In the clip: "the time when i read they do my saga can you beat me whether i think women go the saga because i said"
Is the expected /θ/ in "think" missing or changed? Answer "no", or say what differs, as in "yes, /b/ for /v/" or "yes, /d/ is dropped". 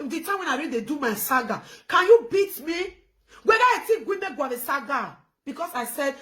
yes, /t/ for /θ/